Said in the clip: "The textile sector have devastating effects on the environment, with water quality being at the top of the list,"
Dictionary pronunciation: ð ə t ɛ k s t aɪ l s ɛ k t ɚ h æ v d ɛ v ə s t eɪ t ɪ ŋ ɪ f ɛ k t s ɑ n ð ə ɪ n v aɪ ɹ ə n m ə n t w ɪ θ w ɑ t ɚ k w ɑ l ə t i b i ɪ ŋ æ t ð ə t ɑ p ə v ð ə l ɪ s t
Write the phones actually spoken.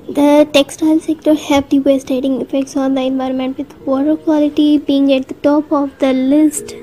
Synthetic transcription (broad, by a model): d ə t ɛ k s t aɪ l s ɛ k t ɚ h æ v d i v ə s t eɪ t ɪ ŋ ɪ f ɛ k t s ɑ n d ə ɪ n v aɪ ɹ ə n m ə n t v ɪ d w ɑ t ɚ k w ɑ l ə t i b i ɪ ŋ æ t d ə t ɑ p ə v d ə l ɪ s t